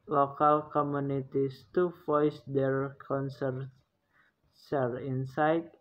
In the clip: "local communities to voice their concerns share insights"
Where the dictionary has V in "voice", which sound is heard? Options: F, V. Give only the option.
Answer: F